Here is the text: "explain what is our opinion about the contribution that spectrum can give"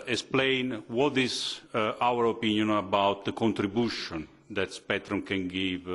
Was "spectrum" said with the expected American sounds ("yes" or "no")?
no